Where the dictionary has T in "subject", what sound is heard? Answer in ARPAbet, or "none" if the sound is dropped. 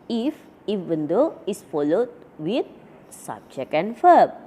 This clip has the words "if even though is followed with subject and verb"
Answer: none